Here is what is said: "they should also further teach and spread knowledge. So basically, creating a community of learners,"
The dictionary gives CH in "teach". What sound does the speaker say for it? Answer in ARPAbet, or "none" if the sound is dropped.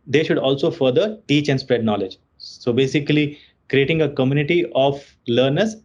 CH